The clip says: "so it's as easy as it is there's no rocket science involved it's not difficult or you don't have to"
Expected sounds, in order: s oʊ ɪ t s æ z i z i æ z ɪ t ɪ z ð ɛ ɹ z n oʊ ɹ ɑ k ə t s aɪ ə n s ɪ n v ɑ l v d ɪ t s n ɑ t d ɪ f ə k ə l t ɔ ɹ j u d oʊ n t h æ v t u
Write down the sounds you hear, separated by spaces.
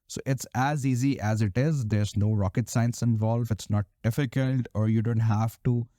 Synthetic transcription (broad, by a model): s oʊ ɪ t s æ z i z i æ z ɪ t ɪ z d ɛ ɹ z n oʊ ɹ ɑ k ə t s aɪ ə n s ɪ n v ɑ l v ɪ t s n ɑ t d ɪ f ə k ə l t ɔ ɹ j u d oʊ n t h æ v t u